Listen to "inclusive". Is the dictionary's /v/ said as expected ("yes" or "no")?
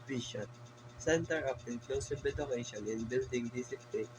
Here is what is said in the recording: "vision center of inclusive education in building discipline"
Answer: no